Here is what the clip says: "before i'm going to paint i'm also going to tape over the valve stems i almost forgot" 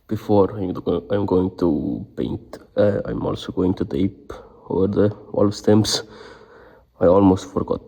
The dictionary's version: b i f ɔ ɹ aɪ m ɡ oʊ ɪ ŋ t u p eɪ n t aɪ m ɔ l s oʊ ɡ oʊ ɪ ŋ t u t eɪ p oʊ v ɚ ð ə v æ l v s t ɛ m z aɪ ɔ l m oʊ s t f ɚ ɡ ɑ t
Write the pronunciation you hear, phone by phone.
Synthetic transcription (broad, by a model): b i f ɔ ɹ aɪ m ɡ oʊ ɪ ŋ t u p eɪ n t aɪ m ɔ l s oʊ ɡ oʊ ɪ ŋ t u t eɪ p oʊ ɚ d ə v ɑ l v s t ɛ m s aɪ ɔ l m oʊ s t f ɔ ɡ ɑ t